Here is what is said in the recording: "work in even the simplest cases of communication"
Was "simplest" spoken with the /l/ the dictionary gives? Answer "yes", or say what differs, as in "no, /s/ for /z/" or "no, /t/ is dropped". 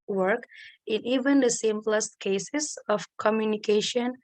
yes